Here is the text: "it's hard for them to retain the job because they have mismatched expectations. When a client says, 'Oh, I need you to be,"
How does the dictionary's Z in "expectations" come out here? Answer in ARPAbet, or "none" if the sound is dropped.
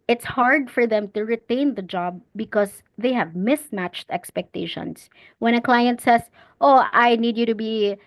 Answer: S